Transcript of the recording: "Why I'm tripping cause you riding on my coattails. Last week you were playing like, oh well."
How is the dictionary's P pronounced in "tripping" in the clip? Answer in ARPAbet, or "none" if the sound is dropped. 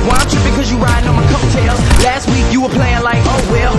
B